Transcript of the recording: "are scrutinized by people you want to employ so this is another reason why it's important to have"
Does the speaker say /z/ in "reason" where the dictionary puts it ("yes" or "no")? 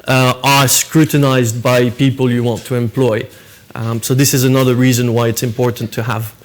yes